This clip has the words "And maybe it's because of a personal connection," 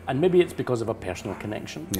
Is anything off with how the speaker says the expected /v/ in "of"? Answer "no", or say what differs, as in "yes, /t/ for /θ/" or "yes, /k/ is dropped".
no